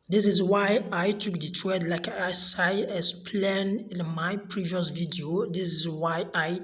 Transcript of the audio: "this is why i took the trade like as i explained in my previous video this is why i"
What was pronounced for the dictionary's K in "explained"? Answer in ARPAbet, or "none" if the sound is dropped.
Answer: none